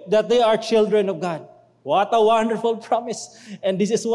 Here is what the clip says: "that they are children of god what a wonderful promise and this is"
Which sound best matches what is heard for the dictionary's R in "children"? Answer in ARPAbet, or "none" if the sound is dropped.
R